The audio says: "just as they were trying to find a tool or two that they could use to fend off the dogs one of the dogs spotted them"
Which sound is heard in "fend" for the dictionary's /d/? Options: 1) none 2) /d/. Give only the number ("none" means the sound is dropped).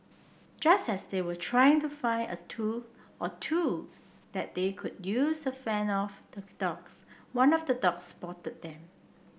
1